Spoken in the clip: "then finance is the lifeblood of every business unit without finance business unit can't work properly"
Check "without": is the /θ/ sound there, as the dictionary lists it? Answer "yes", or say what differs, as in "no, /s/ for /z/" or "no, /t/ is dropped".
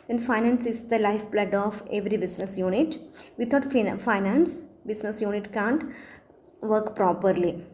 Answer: no, /t/ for /θ/